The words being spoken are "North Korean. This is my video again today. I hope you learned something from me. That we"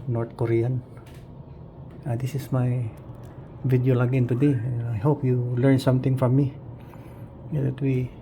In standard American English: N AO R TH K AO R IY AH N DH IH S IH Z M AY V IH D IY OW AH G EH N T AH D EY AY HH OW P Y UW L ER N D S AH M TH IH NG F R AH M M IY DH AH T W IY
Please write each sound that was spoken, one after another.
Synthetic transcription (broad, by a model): N AO R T K AO R IY AH N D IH S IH S M AY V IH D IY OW AH G EH N T AH D EY AY HH OW P Y UW L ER N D S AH M T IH NG F R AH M M IY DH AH T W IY